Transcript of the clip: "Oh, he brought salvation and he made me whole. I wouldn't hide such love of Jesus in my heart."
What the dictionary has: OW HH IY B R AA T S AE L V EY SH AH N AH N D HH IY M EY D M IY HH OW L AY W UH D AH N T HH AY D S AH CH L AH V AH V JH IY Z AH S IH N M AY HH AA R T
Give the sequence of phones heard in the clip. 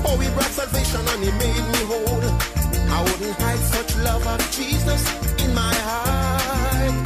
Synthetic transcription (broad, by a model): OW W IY B R AA T S AE L V EY SH AH N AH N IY M EY D M IY HH OW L AY W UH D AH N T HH AY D S AH CH L AH V AH V JH IY Z AH S IH N M AY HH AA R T